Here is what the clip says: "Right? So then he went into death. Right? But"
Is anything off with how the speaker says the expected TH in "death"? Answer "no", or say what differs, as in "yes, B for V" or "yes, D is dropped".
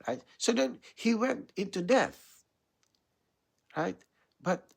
no